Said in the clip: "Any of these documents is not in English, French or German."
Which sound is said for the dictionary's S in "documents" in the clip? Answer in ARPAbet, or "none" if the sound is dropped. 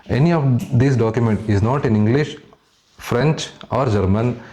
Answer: none